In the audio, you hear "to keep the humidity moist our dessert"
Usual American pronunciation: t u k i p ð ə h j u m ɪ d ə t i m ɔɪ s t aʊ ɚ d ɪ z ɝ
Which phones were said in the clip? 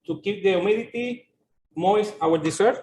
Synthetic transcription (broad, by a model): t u k i p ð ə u m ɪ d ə t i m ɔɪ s aʊ ɚ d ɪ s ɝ